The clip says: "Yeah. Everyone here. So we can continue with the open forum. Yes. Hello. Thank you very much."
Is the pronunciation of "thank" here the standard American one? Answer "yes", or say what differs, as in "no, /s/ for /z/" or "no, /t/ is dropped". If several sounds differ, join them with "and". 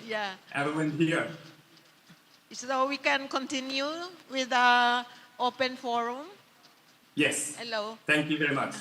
no, /t/ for /θ/